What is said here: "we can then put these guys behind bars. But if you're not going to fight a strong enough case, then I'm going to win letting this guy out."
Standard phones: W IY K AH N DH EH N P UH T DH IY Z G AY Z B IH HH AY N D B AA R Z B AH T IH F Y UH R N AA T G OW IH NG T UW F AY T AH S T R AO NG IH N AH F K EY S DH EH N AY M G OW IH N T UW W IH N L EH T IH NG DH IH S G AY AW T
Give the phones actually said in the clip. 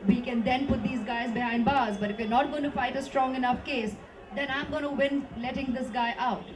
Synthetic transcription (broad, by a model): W IY K AH N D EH N P UH T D IY Z G AY Z B IH HH AY N D B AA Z B AH T IH F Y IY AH N AA T G OW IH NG T UW F AY T AH S T R AO NG IH N AH F K EY S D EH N AY M G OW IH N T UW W IH N L EH T IH NG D IH S G AY AW T